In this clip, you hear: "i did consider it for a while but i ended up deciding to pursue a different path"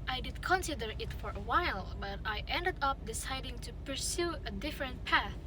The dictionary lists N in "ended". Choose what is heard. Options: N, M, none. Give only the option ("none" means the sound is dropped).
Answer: N